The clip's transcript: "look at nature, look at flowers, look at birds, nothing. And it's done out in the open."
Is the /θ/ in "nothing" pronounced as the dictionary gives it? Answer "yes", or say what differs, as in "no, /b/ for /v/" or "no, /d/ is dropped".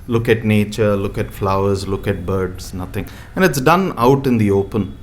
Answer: no, /t/ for /θ/